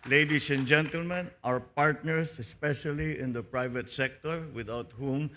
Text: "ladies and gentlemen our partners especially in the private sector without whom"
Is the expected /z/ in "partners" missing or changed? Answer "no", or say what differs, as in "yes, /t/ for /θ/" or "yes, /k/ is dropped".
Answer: yes, /s/ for /z/